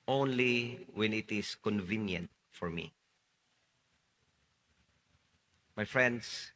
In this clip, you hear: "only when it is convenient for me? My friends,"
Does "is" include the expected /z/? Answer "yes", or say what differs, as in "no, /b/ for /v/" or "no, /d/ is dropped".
no, /s/ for /z/